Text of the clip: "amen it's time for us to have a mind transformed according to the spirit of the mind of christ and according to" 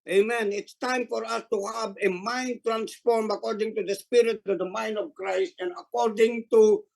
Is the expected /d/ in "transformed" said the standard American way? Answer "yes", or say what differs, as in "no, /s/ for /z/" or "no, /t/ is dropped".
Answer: no, /d/ is dropped